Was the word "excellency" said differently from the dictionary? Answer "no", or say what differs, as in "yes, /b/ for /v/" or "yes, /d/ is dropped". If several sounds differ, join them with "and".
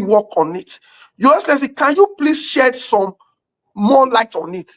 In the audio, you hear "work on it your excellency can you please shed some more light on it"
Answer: yes, /k/ is dropped and /n/ is dropped